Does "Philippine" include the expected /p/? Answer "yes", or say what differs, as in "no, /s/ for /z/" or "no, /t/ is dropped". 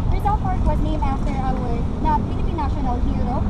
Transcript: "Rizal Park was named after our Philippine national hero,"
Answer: no, /b/ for /p/